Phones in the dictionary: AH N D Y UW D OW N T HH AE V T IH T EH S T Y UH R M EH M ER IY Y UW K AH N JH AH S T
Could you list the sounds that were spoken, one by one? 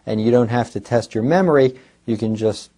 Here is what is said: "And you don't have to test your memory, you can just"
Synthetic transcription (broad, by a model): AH N Y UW D OW N T HH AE F T IH T EH S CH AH R M EH M ER IY Y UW K AH N JH AH S T